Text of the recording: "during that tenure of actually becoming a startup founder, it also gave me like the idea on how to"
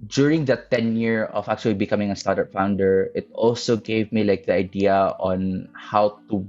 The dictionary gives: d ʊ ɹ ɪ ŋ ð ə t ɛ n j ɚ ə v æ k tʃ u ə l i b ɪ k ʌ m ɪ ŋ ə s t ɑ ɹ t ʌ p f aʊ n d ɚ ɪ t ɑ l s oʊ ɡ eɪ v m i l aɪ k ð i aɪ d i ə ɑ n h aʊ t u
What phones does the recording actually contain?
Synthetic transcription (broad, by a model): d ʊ ɹ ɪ ŋ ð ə t ɛ n j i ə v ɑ k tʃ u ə l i b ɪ k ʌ m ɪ ŋ ə s t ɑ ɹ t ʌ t f aʊ n d ɚ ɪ t ɑ l s oʊ ɡ eɪ v m i l aɪ k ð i aɪ d i ə ɑ n h aʊ t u